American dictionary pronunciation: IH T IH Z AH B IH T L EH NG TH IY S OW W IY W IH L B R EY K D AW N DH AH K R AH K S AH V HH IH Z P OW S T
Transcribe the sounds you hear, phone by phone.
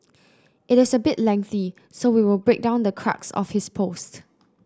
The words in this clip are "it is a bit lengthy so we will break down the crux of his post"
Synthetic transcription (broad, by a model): IH T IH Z AH B IH T L EH NG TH IY S OW W IY W IH L B R EY K D AW N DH AH K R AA K S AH F HH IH S P OW S T